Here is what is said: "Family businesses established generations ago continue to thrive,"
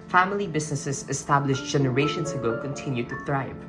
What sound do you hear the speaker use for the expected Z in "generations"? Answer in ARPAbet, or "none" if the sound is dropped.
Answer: S